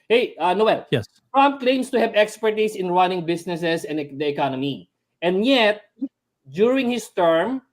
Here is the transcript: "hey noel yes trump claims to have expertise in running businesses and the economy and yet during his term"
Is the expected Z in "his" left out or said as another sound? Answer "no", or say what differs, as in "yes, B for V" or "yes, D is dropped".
yes, S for Z